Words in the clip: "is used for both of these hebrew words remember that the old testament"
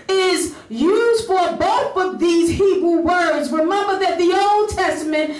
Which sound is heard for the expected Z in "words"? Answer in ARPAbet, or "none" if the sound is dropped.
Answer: Z